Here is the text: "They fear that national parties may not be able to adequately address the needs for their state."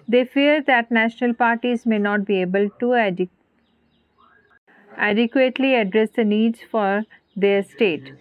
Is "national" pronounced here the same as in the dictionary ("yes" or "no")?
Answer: yes